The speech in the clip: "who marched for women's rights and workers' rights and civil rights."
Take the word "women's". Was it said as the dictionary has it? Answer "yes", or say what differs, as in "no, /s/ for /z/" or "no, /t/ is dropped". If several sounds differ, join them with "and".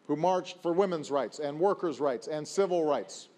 yes